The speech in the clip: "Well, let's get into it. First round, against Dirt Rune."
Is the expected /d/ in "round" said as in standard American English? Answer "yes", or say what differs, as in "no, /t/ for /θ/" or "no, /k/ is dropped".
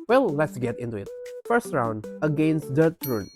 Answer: yes